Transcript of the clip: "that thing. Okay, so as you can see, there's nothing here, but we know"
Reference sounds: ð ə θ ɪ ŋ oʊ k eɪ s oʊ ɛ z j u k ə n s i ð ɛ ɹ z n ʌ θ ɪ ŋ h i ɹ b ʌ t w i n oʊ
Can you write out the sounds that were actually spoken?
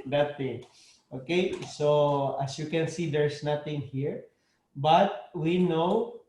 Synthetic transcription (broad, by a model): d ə t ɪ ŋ oʊ k eɪ s oʊ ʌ s j u k ə n s i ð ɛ ɹ s n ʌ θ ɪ ŋ h i ɹ b ʌ t w i n oʊ